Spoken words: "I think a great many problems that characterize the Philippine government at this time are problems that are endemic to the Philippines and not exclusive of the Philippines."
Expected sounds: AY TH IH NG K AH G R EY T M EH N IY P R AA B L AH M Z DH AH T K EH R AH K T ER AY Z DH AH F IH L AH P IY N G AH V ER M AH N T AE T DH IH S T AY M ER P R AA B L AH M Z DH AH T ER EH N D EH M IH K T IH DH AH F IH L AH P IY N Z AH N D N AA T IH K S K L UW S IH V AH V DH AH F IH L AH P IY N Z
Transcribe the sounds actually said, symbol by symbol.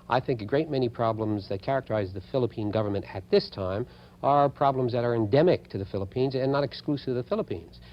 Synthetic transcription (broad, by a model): AY TH IH NG K AH G R EY T M EH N IY P R AA B L AH M Z DH AH T K EH R AH K T ER AY Z DH AH F IH L AH P IY N G AH V ER M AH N T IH T DH IH S T AY M ER P R AA B L AH M Z DH AH T ER EH N D EH M IH K T IH DH AH F IH L AH P IY N Z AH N N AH T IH K S K L UW S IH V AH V DH AH F IH L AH P IY N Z